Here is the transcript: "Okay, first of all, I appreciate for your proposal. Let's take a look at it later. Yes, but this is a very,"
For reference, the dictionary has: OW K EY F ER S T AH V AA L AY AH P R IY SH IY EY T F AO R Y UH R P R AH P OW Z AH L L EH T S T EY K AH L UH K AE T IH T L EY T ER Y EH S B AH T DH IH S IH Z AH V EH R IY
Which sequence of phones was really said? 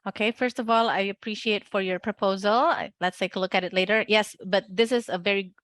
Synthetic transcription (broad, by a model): OW K EY F ER S T AH V AA L AY AH P R IY SH IY EY T F AO R Y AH R P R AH P OW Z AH L L EH T S T EY K AH L UH K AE T IH T L EY T ER Y EH S B AH T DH IH S IH Z AH V EH R IY